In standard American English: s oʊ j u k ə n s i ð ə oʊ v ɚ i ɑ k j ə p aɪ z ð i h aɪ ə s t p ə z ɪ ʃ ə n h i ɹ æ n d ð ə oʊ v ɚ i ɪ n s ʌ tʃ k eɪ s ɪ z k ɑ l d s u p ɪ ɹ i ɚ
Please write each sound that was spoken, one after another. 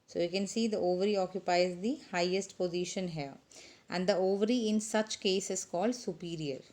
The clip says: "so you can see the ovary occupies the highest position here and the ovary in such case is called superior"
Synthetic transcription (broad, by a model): s oʊ j u k ə n s i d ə oʊ v ɚ i ɑ k j ə p aɪ z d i h aɪ ə s t p ə z ɪ ʃ ə n h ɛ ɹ æ n d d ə oʊ v ɚ i ɪ n s ʌ tʃ k eɪ s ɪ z k ɑ l d s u p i ɹ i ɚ